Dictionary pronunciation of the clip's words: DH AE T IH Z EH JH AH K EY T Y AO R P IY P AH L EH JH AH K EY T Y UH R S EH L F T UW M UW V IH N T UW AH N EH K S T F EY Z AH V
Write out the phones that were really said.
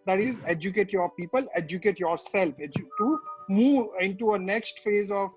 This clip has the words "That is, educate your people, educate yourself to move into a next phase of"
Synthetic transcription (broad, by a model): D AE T IH Z EH JH AH K EY T Y AO R P IY P AH L EH JH AH K EY T Y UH R S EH L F T UW M UW V IH N T UW AH N EH K S T F EY Z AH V